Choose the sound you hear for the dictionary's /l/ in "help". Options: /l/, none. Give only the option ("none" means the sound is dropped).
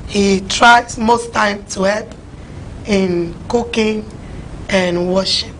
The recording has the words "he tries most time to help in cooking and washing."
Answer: none